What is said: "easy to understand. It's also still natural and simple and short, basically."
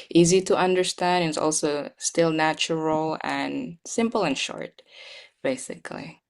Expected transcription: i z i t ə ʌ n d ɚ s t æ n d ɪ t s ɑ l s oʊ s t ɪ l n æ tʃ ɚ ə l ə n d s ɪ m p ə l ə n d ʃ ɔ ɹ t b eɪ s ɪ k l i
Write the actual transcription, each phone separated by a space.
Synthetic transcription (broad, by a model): i z i t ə ʌ n d ɚ s t æ n d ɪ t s ɑ l s oʊ s t ɪ l n æ tʃ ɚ l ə n s ɪ m p l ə n ʃ ɔ ɹ t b eɪ s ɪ k l i